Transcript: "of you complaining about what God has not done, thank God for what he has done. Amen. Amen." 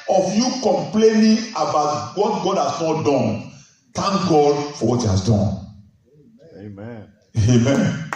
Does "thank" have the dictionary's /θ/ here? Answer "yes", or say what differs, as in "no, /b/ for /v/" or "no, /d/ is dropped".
no, /t/ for /θ/